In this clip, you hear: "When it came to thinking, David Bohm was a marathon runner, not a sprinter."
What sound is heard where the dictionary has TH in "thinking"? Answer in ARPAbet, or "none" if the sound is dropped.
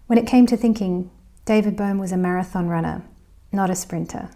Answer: TH